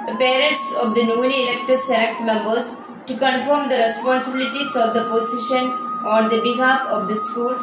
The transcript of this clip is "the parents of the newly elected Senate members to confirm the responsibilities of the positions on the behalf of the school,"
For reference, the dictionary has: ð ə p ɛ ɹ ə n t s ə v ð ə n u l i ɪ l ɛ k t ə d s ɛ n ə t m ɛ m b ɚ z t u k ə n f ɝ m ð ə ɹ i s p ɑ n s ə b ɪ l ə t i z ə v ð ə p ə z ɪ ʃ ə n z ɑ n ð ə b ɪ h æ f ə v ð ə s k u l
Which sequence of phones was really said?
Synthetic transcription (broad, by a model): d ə p ɛ ɹ ə n t s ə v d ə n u n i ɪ l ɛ k t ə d s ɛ l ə t m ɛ m b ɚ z t u k ə n f ɝ m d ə ɹ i s p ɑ n s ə b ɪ l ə t i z ə v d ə p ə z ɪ ʃ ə n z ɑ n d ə b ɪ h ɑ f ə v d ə s k u l